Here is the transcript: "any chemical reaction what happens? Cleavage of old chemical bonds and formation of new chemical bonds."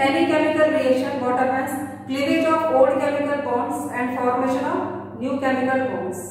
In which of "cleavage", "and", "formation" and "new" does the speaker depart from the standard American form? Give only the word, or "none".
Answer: cleavage